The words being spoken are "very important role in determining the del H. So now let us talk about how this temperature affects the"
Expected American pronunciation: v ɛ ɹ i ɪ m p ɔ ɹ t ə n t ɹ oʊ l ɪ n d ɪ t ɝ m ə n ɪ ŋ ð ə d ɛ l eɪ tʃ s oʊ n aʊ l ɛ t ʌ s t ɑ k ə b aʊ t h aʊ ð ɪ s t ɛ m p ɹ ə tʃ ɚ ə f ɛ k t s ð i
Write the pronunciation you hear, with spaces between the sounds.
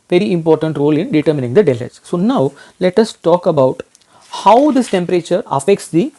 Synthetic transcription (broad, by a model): v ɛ ɹ i ɪ m p ɔ ɹ t ə n t ɹ oʊ l ɪ n d ɪ t ɝ m ə n ɪ ŋ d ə d ɛ l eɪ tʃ s oʊ n aʊ l ɛ t ʌ s t ɑ k ə b aʊ t h aʊ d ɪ s t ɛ m p ɹ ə tʃ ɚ ə f ɛ k t s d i